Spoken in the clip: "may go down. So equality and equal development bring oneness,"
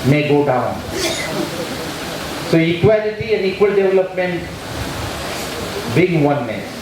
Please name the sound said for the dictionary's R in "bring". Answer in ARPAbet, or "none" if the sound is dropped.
none